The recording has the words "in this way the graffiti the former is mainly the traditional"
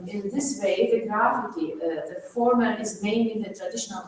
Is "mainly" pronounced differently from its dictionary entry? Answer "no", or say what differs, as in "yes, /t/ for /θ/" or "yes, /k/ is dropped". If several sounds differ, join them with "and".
yes, /l/ is dropped